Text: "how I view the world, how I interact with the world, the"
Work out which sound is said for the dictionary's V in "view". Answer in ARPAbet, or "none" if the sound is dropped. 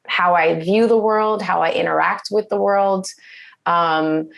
V